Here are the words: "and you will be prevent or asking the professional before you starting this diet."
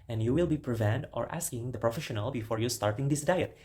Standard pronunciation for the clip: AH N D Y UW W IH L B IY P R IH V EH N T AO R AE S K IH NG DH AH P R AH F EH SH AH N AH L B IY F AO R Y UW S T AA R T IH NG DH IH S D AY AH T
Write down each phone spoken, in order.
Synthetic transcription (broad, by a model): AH N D Y UW W IH L B IY P R IH V EH N T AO R AE S K IH NG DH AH P R AH F EH SH AH N AH L B IY F AO R Y UW S T AA R T IH NG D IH S D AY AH T